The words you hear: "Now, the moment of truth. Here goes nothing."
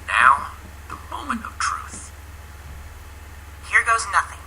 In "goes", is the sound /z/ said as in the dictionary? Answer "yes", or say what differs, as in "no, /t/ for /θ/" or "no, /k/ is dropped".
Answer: yes